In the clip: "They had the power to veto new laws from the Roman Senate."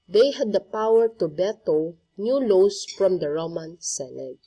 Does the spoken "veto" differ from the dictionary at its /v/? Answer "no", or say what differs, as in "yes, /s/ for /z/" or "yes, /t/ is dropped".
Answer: yes, /b/ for /v/